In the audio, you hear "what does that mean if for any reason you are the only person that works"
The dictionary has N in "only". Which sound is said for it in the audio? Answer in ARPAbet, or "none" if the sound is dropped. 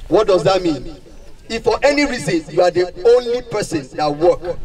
N